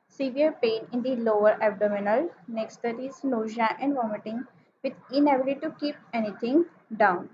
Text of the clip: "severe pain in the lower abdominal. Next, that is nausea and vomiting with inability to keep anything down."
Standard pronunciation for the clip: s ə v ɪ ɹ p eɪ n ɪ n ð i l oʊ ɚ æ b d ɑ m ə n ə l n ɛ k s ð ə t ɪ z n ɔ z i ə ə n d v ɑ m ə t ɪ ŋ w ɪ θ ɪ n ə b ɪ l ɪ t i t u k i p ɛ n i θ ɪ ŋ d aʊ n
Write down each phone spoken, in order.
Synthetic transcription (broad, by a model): s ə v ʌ ɹ p eɪ n ɪ n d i l oʊ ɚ æ b d ɑ m ə n ə l n ɛ k s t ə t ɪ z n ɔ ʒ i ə ə n d v ɑ m ə t ɪ ŋ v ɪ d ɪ n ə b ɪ l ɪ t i t u k i p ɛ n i t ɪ ŋ d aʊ n